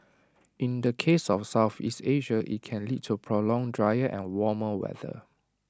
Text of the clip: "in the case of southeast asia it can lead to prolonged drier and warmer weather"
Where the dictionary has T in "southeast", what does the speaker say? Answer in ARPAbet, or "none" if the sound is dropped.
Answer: T